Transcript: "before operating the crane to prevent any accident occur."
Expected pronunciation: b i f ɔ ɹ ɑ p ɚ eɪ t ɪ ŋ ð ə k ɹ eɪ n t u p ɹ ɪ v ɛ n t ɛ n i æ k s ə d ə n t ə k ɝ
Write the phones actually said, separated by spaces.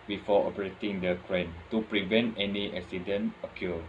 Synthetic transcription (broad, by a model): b i f ɔ ɑ p ɚ eɪ t ɪ ŋ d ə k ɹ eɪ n t u p ɹ ɪ v ɛ n t ɛ n i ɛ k s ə d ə n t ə k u